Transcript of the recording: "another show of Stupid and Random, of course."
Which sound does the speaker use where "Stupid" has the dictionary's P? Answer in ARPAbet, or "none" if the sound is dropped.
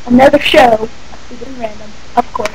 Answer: none